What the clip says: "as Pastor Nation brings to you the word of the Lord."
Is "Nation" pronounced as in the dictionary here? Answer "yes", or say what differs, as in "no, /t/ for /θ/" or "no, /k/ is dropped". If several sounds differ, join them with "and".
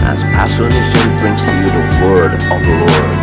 no, /s/ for /ʃ/